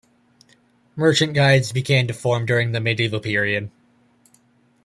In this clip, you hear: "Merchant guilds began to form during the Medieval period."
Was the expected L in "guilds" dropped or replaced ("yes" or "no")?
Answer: yes